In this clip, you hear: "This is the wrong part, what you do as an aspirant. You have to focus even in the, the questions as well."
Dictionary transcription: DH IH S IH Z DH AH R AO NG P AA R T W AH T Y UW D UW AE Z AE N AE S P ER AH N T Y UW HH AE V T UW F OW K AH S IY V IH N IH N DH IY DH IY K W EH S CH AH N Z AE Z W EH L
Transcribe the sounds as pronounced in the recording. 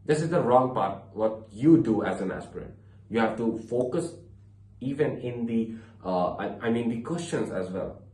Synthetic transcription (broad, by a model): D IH S IH Z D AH R AO NG P AA R T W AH T Y UW D UW AE Z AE N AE S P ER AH T Y UW HH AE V T UW F OW K AH S IY V IH N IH N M IY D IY K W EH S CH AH N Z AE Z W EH L